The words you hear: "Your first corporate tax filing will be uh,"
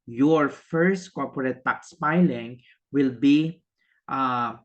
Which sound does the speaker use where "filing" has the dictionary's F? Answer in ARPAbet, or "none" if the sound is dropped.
P